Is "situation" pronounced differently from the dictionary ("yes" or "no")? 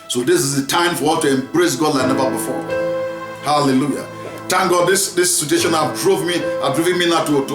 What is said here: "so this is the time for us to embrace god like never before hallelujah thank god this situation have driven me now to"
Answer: yes